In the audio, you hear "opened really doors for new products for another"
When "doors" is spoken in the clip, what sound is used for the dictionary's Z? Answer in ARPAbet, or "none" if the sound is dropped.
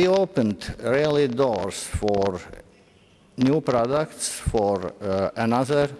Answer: S